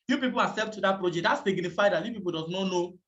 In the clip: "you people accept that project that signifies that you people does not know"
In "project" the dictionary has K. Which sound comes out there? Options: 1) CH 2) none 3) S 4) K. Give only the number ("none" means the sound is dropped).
2